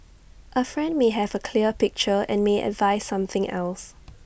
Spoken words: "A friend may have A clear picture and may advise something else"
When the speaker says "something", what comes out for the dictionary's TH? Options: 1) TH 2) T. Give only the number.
1